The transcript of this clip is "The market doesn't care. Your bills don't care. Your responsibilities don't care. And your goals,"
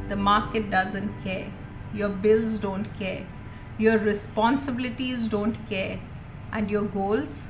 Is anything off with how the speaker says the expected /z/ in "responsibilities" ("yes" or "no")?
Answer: no